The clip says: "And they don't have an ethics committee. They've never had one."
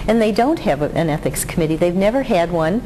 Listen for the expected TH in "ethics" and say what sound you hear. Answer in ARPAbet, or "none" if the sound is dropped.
TH